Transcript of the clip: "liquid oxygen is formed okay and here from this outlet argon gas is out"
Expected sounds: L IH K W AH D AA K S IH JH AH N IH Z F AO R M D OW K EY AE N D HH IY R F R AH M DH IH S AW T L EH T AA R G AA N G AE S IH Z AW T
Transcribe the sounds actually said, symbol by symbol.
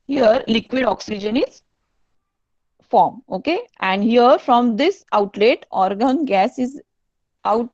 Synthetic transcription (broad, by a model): L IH K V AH D AA K S IH JH AH N IH Z F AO R M OW K EY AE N D HH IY R F R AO M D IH S AW T L EH T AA R G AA N G AE S IH Z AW T